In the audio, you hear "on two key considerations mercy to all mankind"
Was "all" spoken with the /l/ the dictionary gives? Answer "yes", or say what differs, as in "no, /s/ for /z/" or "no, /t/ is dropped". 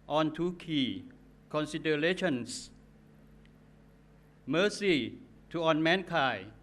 no, /n/ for /l/